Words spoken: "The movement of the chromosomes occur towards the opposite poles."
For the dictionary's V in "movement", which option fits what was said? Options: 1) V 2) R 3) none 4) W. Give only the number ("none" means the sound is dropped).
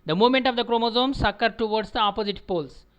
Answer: 3